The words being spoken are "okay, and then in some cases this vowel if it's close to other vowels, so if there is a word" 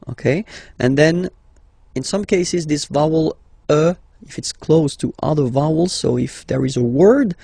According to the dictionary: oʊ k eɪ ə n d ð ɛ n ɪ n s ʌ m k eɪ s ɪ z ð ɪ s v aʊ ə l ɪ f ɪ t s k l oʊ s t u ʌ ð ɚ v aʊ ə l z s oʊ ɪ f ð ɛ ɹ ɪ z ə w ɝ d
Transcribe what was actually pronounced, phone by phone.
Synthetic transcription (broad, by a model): oʊ k eɪ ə n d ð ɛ n ɪ n s ʌ m k eɪ s ɪ z ð ɪ s v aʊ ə l ɪ f ɪ t s k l oʊ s t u ʌ ð ɚ v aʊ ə l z s oʊ ɪ f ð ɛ ɹ ɪ z ə w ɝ d